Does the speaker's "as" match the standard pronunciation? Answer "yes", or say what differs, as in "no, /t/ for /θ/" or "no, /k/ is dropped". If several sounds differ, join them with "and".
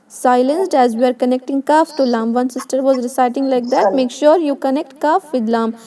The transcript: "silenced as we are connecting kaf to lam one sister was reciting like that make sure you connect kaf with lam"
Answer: yes